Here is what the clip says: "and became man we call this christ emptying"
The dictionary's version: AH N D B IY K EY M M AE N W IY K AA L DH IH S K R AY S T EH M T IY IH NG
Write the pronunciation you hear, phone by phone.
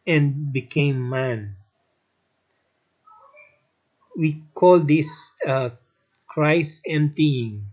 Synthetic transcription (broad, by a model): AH N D B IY K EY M M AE N W IY K AA L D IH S K R AY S EH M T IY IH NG